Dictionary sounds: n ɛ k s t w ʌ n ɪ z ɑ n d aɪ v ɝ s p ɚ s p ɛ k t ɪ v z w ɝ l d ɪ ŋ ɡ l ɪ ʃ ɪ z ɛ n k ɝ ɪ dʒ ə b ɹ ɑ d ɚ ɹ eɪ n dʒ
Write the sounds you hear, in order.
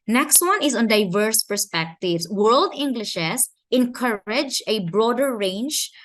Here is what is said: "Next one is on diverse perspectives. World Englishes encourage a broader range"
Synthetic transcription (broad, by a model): n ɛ k s t w ʌ n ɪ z ɑ n d aɪ v ɝ s p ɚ s p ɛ k t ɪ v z w ɝ l d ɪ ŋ ɡ l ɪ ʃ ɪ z ɛ n k ɝ ɪ dʒ ə b ɹ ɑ d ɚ ɹ eɪ n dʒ